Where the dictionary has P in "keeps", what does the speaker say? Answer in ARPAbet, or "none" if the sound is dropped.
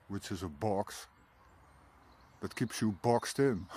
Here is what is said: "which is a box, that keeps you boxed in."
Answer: P